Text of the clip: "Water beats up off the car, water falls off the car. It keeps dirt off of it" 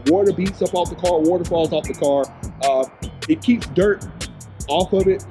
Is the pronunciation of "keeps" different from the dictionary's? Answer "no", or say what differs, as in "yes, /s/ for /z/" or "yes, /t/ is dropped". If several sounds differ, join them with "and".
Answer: no